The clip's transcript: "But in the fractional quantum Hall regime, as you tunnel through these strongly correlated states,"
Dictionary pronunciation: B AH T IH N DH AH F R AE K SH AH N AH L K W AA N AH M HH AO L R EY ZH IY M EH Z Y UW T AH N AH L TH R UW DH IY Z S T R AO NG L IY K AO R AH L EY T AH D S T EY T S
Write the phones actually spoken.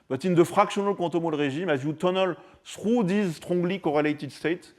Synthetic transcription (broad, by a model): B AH T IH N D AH F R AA K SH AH N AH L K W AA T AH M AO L R EY ZH IY M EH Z Y UW T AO N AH L S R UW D IY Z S T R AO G L IY K AO R AH L EY T AH D S T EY T